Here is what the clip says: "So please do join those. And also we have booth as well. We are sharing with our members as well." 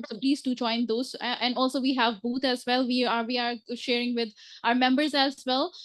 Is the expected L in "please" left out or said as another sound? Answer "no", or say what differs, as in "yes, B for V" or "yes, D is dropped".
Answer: no